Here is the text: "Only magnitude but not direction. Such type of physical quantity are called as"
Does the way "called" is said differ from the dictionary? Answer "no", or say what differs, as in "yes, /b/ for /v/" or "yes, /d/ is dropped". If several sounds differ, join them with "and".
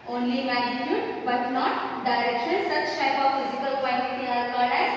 yes, /l/ is dropped